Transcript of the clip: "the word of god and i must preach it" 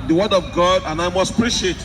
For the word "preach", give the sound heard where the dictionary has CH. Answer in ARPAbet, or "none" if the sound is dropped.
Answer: SH